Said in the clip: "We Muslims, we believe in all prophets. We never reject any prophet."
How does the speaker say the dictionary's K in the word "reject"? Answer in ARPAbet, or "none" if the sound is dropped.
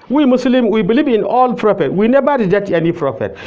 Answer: none